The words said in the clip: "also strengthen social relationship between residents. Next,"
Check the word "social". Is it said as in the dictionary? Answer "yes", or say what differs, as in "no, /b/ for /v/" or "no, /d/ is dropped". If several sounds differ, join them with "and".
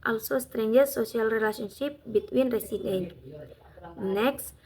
no, /s/ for /ʃ/